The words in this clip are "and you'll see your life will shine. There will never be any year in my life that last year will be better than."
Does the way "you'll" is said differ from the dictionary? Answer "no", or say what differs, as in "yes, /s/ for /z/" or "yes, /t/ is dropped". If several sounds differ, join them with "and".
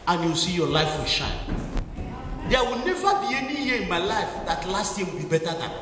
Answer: yes, /w/ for /l/